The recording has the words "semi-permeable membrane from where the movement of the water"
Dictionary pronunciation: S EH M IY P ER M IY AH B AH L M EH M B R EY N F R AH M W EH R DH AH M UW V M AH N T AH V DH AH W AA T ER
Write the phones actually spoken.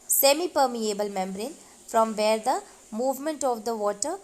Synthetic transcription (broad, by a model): S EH M IY P ER M IY AH B AH L M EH M B R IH N F R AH M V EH R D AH M UW V M AH N T AH V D AH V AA T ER